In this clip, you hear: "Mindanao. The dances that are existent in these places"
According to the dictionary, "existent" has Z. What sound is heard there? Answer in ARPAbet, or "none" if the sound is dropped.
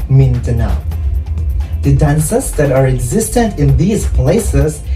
Z